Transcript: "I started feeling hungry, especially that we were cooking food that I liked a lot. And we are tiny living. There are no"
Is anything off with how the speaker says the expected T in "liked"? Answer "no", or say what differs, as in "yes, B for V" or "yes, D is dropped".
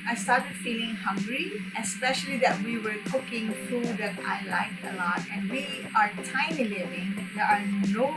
yes, T is dropped